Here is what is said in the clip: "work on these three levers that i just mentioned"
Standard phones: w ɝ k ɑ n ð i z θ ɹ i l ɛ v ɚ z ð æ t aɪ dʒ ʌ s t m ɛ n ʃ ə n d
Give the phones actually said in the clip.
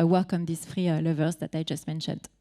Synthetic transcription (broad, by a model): w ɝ k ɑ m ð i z f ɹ i l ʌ v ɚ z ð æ t aɪ dʒ ʌ s t m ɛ n ʃ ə n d